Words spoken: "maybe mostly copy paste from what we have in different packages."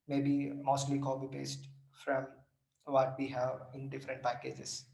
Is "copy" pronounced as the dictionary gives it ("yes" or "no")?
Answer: no